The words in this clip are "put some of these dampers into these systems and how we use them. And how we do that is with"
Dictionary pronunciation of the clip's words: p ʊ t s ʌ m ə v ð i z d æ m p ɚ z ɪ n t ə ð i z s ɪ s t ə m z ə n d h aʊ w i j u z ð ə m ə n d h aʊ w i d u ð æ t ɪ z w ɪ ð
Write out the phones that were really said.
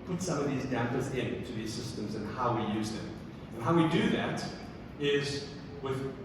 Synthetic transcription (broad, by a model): p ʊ t s ʌ m ə v ð i z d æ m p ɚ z ɪ n t ə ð i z s ɪ s t ə m z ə n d h aʊ w i j u z ð ə m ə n h aʊ w i d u ð æ t ɪ z w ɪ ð